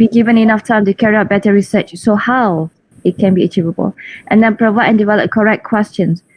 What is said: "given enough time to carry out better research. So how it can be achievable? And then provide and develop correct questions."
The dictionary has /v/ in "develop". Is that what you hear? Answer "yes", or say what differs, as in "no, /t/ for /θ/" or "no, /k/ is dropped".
yes